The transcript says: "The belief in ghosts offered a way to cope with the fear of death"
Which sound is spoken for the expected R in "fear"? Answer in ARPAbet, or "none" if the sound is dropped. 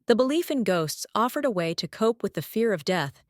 R